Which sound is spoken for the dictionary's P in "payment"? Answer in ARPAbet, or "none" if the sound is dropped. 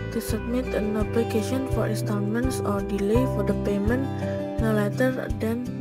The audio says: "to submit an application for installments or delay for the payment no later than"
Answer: P